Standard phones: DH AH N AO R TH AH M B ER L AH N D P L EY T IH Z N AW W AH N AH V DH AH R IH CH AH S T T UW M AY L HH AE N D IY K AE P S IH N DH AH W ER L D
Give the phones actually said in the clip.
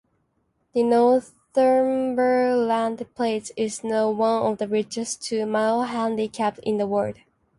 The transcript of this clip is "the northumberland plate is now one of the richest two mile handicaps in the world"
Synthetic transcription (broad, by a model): DH AH N AO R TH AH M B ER L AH N D P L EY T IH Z N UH W AH N AH V DH AH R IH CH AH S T T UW M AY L HH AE N D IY K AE P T IH N DH AH W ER D